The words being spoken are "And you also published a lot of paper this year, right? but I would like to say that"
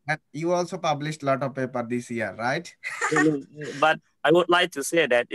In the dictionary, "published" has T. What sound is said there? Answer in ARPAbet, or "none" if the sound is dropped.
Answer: T